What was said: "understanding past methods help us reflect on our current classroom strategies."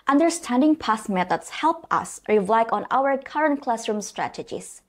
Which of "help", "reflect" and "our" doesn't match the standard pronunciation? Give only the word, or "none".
reflect